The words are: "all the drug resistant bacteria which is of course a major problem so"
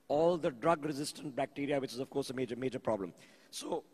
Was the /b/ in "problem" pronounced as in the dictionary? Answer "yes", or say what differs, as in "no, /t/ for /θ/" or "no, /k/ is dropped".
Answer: yes